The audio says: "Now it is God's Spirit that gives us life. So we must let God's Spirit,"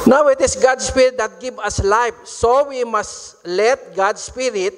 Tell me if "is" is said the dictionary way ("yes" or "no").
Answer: no